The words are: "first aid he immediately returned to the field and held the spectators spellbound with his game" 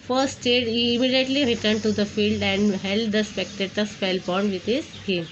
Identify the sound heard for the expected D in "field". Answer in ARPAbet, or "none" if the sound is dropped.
D